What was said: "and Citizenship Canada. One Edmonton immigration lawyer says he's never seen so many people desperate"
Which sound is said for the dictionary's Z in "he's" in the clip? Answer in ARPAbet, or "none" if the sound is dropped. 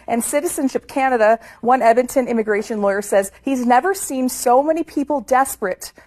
Z